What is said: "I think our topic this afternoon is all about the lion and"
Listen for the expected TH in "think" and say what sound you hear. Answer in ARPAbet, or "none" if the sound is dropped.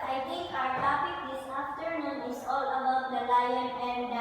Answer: T